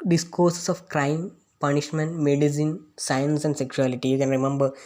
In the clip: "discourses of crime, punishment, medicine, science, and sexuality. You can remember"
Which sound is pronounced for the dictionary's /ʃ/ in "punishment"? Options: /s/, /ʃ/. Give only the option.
/ʃ/